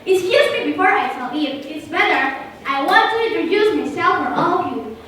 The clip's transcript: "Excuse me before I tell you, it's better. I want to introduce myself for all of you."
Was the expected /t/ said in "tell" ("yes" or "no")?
no